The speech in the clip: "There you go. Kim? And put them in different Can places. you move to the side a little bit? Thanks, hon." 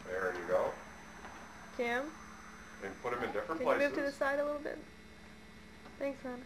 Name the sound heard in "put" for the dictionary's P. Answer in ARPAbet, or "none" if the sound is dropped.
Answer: P